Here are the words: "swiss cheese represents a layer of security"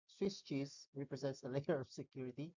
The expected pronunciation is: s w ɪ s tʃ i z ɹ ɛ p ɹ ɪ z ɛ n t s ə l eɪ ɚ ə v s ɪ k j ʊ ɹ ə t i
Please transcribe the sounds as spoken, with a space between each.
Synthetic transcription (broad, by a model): s w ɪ s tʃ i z ɹ ɛ p ɹ ɪ z ɛ n t s ə l eɪ ɚ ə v s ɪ k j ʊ ɹ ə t i